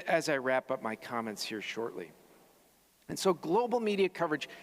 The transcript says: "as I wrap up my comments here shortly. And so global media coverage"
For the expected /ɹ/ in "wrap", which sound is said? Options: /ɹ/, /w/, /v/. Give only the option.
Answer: /ɹ/